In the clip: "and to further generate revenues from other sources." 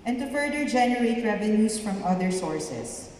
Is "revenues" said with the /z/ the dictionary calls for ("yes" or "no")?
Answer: no